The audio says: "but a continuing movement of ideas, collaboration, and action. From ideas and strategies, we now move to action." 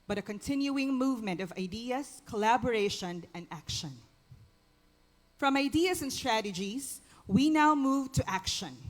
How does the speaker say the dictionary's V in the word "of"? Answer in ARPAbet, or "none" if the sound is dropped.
V